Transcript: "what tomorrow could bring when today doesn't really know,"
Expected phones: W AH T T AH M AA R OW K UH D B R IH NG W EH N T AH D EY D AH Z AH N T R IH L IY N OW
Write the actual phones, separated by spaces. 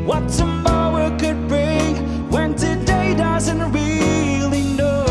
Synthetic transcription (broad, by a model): W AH T S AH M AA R K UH D B R IH NG W EH N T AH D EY D AH Z AH N T R IH L IY N OW